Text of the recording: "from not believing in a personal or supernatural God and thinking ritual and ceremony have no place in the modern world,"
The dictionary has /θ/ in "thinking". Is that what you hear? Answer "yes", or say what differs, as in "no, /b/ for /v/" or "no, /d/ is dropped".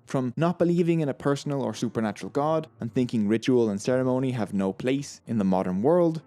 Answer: yes